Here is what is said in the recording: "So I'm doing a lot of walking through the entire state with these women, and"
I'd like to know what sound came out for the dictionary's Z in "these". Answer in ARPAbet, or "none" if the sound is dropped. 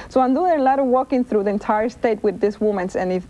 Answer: S